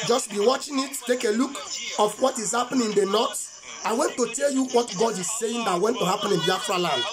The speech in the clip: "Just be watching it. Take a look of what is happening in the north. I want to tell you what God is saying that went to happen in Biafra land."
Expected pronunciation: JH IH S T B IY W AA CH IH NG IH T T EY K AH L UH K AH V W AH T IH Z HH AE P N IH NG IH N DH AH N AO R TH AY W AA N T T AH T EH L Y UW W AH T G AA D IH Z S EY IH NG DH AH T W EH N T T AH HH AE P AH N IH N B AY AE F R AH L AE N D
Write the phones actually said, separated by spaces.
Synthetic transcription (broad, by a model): JH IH S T B IY W AA CH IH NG IH T T EY K AH L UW K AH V W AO T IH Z HH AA P IH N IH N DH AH N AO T AY W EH N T T AH T EH L Y UW W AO T G AA D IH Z S EY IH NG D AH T W EH N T T AH HH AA P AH N IH N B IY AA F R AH L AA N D